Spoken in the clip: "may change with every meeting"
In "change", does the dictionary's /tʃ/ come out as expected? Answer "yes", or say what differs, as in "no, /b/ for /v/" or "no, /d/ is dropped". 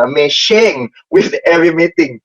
no, /ʃ/ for /tʃ/